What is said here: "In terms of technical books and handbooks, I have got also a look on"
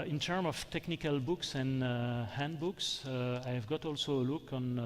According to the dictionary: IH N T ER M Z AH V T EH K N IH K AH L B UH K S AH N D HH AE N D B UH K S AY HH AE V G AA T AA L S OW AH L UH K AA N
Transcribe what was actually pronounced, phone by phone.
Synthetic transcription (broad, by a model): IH N T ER M AH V T EH K N IH K AH L B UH K S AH N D HH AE N D B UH K S AY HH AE V G AA T AA L S OW AH L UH K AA N